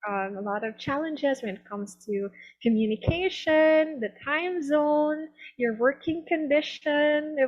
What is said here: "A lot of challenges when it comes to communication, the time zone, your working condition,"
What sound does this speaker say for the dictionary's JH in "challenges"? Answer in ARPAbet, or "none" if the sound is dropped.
JH